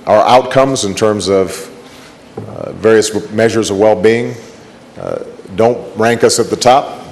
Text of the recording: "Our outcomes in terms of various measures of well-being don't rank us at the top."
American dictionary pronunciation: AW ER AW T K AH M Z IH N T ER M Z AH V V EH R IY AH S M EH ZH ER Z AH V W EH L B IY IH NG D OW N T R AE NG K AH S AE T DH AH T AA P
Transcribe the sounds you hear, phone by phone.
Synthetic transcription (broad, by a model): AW ER AW T K AH M Z IH N T ER M Z AH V V EH R IY AH S M EH ZH ER Z AH V W EH L B IY IH NG D OW N T R AE NG K AH S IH T DH AH T AA P